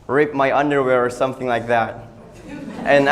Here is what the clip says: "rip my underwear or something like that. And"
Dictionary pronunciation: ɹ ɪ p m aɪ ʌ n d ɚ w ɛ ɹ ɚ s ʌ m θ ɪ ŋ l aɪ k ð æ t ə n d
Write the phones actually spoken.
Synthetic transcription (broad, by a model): ɹ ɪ p m aɪ ʌ n d ɚ w ɛ ɹ ɚ s ʌ m θ ɪ ŋ l aɪ k ð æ t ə n